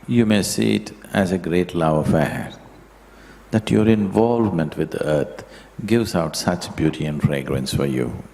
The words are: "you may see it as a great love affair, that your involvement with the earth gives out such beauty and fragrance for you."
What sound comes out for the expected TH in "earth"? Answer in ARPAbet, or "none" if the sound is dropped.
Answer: T